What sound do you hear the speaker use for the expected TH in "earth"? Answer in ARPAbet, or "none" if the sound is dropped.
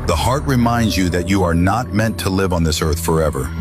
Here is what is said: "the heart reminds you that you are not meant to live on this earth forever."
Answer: TH